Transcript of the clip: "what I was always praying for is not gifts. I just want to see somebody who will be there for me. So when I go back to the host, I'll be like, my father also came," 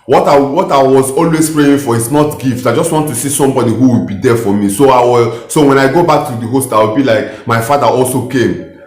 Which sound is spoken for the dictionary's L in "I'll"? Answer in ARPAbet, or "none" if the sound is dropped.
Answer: W